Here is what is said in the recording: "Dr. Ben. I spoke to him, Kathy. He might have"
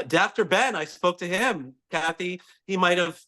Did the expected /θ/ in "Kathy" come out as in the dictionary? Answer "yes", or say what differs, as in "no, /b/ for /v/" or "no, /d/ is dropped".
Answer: yes